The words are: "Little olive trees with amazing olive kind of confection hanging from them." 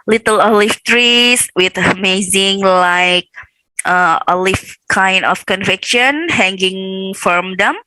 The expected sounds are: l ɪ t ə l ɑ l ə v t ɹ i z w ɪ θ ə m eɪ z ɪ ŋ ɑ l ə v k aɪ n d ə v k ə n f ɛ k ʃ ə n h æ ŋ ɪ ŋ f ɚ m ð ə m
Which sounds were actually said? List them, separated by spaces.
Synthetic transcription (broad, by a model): l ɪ t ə l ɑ l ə f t ɹ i s w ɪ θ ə m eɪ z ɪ ŋ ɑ l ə f k aɪ n d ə f k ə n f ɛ k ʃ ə n h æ ŋ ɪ ŋ f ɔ m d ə m